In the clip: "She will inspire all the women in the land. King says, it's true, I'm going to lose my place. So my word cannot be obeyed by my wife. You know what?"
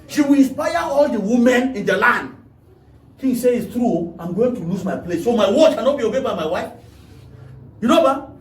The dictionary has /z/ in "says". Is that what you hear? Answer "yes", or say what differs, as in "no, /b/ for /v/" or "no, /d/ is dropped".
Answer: no, /z/ is dropped